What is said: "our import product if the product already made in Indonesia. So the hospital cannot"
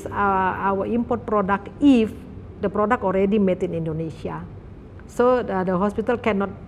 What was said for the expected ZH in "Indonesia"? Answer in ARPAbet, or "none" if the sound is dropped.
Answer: S